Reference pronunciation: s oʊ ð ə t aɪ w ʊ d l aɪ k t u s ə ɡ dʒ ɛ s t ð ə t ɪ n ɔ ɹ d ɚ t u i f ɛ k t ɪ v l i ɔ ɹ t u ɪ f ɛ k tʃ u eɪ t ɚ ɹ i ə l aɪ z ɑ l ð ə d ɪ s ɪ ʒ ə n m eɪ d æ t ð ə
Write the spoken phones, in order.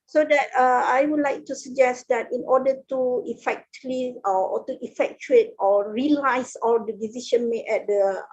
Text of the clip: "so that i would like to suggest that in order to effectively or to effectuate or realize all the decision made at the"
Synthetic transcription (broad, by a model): s oʊ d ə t aɪ w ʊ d l aɪ k t u s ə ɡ dʒ ɛ s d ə t ɪ n ɔ d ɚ t u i f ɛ k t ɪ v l i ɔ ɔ t u ɪ f ɛ k tʃ u eɪ t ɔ ɹ i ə l aɪ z ɑ l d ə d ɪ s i ʃ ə n m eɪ ɛ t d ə